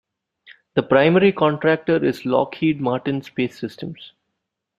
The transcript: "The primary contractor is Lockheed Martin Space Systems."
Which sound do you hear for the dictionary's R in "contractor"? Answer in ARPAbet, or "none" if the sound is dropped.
R